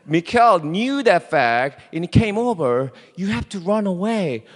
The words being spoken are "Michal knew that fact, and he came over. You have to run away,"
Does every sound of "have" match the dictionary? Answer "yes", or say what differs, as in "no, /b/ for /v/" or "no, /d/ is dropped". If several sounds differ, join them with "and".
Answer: no, /f/ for /v/